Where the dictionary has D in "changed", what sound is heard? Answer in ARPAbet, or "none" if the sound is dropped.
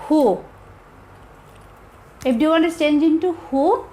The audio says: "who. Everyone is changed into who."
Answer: none